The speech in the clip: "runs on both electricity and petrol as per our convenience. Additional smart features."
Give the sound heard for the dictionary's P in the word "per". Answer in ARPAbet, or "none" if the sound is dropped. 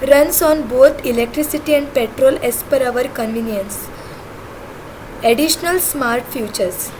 P